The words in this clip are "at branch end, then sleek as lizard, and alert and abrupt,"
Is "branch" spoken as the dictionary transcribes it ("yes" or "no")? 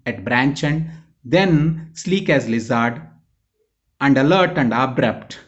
yes